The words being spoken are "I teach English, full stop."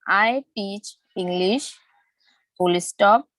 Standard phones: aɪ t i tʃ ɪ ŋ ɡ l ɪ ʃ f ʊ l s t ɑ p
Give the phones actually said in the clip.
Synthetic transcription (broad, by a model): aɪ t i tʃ ɪ ŋ ɡ l ɪ ʃ p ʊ l s t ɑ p